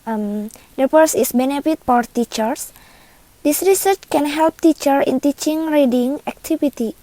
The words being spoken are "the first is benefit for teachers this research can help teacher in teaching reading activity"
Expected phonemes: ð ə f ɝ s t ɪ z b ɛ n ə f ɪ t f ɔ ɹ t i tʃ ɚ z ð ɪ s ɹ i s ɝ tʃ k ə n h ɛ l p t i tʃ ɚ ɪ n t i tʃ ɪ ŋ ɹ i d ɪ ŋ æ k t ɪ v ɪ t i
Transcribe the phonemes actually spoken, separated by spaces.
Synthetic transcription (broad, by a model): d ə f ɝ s ɪ s b ɛ n ə f ɪ t f ɔ ɹ t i tʃ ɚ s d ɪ s ɹ i s ɝ tʃ k ə n h ɛ l p t i tʃ ɚ ɪ n t i tʃ ɪ ŋ ɹ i d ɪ ŋ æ k t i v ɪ t i